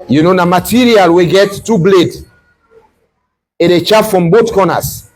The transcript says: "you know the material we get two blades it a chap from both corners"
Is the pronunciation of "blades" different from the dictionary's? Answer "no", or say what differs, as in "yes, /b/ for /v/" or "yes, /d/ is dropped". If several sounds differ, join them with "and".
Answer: yes, /z/ is dropped